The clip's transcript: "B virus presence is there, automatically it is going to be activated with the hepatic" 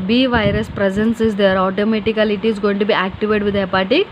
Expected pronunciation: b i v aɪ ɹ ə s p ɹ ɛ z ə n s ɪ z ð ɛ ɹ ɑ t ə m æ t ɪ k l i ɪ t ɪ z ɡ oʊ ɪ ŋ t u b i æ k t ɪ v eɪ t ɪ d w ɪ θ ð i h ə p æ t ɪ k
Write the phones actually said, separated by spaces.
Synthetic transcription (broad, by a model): b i v aɪ ɹ ə s p ɹ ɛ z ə n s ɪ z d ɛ ɹ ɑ t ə m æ t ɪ k l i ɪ t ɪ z ɡ oʊ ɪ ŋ t u b i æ k t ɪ v eɪ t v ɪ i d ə p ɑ t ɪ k